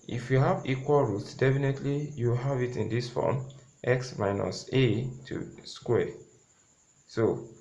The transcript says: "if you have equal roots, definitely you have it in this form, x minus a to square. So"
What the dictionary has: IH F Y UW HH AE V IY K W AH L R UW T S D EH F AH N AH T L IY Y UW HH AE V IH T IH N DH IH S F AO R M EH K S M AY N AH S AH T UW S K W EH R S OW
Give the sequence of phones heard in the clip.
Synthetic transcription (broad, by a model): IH F Y UW HH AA V IY K W AH L R UW T S D EH F AH N AH T L IY Y UW HH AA V IH T IH N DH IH S F AO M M EH K S M AY N AH S AH T UW S K W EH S OW